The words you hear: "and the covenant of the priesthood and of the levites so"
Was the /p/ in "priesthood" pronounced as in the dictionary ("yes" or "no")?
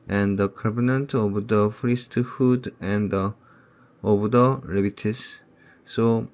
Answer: no